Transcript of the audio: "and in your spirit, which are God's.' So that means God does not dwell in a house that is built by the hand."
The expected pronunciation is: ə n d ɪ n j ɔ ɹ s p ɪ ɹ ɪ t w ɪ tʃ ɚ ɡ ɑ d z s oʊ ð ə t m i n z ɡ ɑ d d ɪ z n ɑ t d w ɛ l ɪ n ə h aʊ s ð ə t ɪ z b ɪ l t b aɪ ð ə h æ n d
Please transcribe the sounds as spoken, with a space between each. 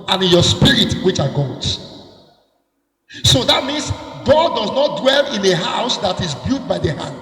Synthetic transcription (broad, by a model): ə n ɪ n j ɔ s p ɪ ɹ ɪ t w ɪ tʃ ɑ ɡ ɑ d s oʊ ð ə t m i n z ɡ ɑ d d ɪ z n ɑ t d w ɛ l ɪ n ə h aʊ s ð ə t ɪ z b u t b aɪ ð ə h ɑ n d